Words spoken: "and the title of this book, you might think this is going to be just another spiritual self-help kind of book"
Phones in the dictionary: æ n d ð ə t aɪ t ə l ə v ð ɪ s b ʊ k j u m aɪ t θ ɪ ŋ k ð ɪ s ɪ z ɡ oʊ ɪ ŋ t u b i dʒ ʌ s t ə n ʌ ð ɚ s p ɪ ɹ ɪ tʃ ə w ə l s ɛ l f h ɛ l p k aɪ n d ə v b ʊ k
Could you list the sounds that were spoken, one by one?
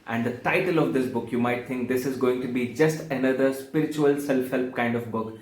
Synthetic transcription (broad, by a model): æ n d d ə t aɪ t ə l ə v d ɪ s b ʊ k j u m aɪ t t ɪ ŋ k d ɪ s ɪ z ɡ oʊ ɪ ŋ t u b i dʒ ʌ s t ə n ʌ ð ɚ s p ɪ ɹ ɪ tʃ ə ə l s ɛ l f h ɛ l p k aɪ n d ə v b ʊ k